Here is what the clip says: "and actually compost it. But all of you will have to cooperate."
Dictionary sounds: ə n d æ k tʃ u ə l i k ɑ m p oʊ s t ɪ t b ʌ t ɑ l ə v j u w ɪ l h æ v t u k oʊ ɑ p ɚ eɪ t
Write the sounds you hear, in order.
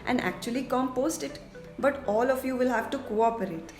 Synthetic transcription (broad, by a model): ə n d æ k tʃ u ə l i k ɑ m p oʊ s t ɪ t b ʌ t ɑ l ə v j u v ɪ l h æ v t u k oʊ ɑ p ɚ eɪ t